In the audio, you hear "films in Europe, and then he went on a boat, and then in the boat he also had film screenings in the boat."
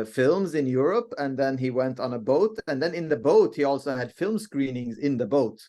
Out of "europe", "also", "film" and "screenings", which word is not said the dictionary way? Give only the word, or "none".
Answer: none